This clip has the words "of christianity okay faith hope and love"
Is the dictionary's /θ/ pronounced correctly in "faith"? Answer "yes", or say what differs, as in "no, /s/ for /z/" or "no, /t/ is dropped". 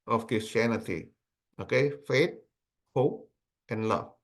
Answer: no, /t/ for /θ/